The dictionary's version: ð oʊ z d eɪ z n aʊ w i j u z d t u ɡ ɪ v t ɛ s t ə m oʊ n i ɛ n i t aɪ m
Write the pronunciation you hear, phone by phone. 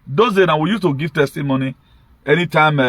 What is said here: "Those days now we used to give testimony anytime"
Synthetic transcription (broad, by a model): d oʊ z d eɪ n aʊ w i j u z t u ɡ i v t ɛ s t ə m oʊ n i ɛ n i t aɪ m